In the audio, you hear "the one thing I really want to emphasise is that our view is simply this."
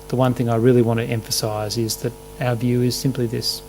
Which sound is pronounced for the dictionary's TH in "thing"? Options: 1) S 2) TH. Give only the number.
2